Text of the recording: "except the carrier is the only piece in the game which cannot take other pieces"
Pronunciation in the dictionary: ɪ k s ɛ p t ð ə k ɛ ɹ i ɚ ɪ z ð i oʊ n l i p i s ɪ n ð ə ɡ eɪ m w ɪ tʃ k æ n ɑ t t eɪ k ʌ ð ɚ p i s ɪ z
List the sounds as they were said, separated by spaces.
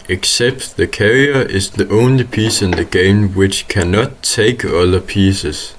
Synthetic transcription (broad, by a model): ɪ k s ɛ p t ð ə k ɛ ɹ i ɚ ɪ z ð i oʊ n l i p i s ɪ n ð ə ɡ eɪ m w ɪ tʃ k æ n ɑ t t eɪ k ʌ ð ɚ p i s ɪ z